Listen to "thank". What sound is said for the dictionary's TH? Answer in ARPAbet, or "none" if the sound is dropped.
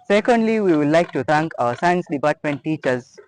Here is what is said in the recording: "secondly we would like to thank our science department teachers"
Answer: T